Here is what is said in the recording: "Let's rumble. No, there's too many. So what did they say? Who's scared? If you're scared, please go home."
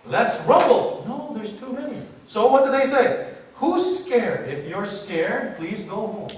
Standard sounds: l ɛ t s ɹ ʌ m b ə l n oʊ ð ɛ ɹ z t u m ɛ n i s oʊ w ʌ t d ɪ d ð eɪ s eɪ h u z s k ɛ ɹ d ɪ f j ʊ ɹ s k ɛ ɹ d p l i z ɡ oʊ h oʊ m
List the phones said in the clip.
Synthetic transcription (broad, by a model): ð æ t s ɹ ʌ b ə l n oʊ ð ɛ ɹ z t u m ɛ n i s oʊ w ʌ t d ɪ d ð eɪ s eɪ h u s k ɛ ɹ d ɪ f j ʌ ɹ s k ɛ ɹ d p l i z ɡ oʊ h oʊ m